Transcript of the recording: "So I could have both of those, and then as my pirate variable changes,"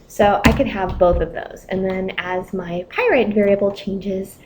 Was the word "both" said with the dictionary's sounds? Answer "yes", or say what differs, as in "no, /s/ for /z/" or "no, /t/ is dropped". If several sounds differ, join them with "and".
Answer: yes